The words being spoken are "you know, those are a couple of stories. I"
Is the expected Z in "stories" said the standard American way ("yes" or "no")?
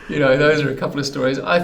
yes